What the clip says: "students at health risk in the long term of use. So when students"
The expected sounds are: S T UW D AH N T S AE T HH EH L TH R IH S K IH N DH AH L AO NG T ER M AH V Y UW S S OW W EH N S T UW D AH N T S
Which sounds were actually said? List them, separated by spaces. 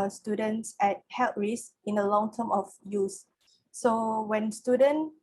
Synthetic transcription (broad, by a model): S T UW D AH N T S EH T HH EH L T R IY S IH N AH L AO NG T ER M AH F Y UW S S OW W EH N S T UW D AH N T